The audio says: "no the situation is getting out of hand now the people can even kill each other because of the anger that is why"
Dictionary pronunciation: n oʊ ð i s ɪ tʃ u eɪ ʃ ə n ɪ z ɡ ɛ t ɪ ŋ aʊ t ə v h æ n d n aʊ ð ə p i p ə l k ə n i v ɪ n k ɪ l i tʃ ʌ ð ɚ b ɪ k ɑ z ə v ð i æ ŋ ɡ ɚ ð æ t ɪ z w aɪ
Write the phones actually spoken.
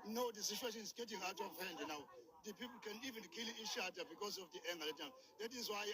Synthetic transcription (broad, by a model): n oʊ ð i s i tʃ u eɪ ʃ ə n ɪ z ɡ ɛ t ɪ ŋ aʊ t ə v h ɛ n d n aʊ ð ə p i p l k ə n i v ɪ n k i l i ʃ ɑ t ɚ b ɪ k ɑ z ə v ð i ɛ ŋ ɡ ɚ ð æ t ɪ z w aɪ